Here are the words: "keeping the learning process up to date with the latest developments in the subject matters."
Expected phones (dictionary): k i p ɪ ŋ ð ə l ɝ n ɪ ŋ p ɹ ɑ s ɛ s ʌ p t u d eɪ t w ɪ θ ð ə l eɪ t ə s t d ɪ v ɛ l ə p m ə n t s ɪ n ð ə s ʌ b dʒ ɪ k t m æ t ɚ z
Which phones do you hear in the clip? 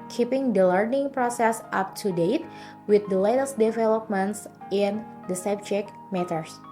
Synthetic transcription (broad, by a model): k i p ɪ ŋ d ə l ɝ n ɪ ŋ p ɹ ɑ s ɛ s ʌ p t u d eɪ t w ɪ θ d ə l eɪ t ə s t d ɪ v ɛ l ə p m ə n t s ɪ n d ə s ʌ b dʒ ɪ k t m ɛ t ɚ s